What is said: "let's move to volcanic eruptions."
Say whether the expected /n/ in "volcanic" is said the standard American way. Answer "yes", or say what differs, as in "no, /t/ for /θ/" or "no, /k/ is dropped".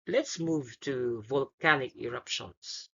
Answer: yes